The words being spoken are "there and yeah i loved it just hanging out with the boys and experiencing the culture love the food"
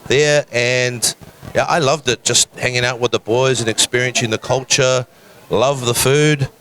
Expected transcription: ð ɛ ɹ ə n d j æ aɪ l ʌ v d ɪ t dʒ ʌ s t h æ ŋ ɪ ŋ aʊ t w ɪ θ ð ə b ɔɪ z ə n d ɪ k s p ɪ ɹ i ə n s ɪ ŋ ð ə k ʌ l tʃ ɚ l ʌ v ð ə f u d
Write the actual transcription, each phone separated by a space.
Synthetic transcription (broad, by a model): ð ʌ ɹ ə n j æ aɪ l ʌ v d ɪ t dʒ ʌ s t h æ ŋ ɪ ŋ aʊ t w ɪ ð ə b ɔɪ z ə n ɪ k s p ɪ ɹ i ə n s ɪ ŋ ð ə k ʌ l tʃ ɚ l ʌ v ð ə f u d